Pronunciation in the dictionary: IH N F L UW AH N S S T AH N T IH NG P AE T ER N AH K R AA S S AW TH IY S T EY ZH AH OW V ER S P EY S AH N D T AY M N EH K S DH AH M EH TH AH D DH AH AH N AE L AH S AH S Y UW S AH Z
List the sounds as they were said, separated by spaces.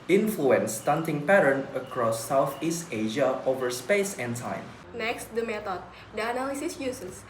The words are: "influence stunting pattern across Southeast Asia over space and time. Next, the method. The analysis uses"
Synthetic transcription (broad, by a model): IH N F L UW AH N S S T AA N T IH NG P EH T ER N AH K R AA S S AW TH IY S T EY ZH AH OW V ER S P EY S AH N T AY M N EH K S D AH M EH T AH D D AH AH N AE L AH S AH S Y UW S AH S